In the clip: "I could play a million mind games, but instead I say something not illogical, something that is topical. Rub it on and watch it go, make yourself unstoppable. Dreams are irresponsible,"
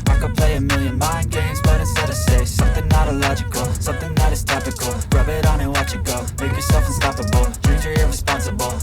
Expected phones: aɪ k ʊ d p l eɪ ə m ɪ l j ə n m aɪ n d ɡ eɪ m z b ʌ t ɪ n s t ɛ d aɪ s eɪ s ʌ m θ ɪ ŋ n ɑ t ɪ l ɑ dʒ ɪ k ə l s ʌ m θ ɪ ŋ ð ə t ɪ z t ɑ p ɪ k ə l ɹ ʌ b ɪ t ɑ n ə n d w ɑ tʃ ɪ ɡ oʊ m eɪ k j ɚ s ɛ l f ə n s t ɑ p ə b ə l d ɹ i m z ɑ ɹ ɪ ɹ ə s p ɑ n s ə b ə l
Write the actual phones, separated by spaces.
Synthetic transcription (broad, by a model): aɪ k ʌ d p l eɪ ə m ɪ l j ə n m aɪ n ɡ eɪ m z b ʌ t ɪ s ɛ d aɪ s eɪ s ʌ m θ ɪ ŋ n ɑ t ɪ l ɑ dʒ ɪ k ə l s ʌ m θ ɪ ŋ ð ə t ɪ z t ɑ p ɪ k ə l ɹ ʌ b ɪ t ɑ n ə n w ɑ tʃ ɪ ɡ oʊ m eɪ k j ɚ s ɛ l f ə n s t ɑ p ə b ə l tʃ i z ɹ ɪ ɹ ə s p ɑ n s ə b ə l